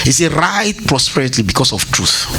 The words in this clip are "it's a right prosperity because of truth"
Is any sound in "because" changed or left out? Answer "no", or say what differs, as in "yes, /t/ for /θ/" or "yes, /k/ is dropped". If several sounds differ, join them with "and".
yes, /s/ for /z/